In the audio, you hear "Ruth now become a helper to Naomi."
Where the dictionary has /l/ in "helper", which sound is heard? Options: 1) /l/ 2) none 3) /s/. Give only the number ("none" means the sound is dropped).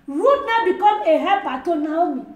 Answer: 2